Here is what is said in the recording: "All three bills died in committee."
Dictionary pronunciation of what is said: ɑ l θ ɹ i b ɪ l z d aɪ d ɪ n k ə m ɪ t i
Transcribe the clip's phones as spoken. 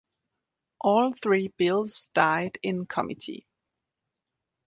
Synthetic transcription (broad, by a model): ɑ l θ ɹ i b ɪ l z d aɪ d ɪ n k ə m ɪ t i